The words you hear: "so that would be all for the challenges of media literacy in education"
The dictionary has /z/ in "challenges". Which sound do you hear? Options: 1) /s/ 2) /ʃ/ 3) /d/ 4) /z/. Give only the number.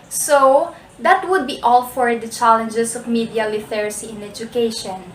1